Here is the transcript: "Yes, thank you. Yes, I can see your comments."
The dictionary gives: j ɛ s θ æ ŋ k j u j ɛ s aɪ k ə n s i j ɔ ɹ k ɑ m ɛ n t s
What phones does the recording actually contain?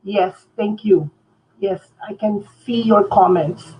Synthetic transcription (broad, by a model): j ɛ s t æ ŋ k j u j ɛ s aɪ k ə n s i j ɔ ɹ k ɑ m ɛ n t s